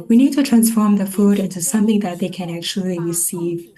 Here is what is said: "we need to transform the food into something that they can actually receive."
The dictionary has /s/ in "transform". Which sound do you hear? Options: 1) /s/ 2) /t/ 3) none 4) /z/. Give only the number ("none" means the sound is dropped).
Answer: 1